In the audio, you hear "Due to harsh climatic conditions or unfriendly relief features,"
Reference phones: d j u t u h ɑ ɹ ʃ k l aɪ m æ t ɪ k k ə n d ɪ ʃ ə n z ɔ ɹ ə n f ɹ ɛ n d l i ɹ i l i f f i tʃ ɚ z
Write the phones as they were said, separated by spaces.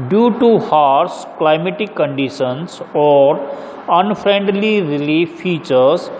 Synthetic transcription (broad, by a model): d j u t u h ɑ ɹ s k l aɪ m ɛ t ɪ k k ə n d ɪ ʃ ə n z ɔ ɹ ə n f ɹ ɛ n d l i ɹ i l i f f i tʃ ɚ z